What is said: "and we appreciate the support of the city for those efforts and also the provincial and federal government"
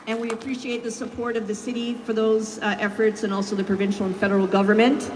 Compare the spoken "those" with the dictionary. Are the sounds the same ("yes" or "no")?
yes